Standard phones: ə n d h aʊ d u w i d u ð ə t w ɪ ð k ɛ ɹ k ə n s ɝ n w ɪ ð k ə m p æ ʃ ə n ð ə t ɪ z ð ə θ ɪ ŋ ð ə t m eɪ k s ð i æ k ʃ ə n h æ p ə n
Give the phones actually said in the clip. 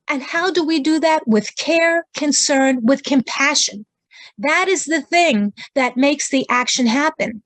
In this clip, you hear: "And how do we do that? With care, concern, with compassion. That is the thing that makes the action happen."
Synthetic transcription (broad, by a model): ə n h aʊ d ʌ w i d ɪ ð ə t w ɪ ð k ɛ ɹ k ə n s ɝ n w ɪ ð k ə m p æ ʃ ə n ð ə t ɪ z ð ə θ ɪ ŋ ð ə t m eɪ k s ð i æ k ʃ ə n h æ p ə n